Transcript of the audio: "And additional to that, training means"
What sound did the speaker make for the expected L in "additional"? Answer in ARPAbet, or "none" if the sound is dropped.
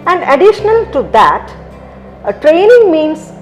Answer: L